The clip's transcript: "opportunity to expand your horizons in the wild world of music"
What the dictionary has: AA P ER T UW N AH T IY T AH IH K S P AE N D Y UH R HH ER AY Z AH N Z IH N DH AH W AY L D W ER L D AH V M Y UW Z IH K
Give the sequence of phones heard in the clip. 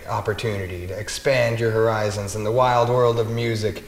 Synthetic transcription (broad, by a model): AA P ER T UW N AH T IY T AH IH K S P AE N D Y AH R HH ER AY Z AH N Z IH N DH AH W AY L D W ER L D AH V M Y UW Z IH K